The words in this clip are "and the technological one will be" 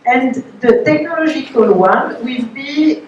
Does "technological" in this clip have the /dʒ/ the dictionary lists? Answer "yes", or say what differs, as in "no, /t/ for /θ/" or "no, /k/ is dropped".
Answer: no, /ʒ/ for /dʒ/